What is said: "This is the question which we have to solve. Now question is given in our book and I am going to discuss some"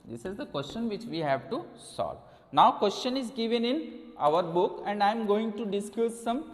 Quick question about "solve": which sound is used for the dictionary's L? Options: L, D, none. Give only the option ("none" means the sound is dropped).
L